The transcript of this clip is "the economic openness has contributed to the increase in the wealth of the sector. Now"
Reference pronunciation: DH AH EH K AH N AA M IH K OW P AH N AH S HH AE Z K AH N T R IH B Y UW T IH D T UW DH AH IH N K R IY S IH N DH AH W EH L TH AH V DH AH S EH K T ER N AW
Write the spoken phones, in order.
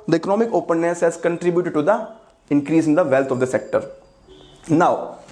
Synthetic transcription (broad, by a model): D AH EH K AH N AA M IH K OW P AH N AH S HH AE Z K AH N T R IH B Y UW T IH D T UW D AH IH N K R IY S IH N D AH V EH L T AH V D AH S EH K T ER N AW